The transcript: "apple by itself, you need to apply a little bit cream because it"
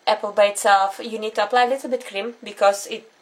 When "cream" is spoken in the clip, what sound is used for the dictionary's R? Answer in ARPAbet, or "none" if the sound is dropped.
R